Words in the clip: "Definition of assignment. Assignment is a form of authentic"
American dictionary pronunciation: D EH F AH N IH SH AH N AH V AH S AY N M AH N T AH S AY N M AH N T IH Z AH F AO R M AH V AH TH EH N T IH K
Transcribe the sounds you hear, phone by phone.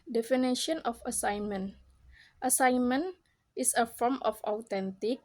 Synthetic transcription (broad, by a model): D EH F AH N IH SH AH N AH F AH S AY N M AH N T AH S AY N M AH N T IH S AH F AO R M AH F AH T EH N T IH K